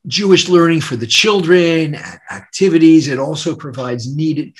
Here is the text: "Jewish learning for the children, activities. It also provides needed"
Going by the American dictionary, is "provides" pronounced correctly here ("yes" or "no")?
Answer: yes